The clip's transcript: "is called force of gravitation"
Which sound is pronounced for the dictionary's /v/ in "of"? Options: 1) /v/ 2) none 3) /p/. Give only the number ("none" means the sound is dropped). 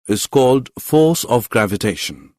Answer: 1